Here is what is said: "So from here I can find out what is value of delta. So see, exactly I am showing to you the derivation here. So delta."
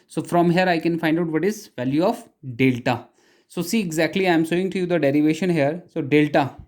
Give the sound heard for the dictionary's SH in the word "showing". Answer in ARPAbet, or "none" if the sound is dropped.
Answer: S